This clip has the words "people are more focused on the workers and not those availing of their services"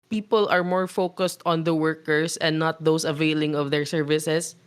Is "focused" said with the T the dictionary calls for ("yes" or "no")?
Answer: yes